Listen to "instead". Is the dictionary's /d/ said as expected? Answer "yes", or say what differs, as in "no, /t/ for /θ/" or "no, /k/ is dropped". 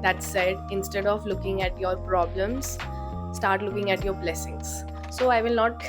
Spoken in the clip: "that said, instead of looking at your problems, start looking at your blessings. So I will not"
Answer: yes